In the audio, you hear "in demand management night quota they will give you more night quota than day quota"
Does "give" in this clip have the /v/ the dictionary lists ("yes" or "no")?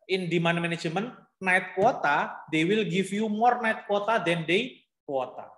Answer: no